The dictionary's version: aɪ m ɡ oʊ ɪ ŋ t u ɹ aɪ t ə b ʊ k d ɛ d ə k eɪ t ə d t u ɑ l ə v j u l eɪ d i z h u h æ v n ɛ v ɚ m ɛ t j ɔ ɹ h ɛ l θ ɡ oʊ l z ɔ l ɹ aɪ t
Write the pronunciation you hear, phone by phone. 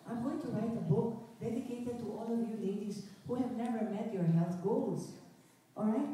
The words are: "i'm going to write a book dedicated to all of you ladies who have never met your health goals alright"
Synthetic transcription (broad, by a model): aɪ m ɡ oʊ ɪ ŋ t u ɹ aɪ t ə b ʊ k d ɛ d ə k eɪ t ə d t u ɑ l ə v j u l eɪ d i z h u h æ v n ɛ v ɚ m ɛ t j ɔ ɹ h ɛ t ɡ oʊ l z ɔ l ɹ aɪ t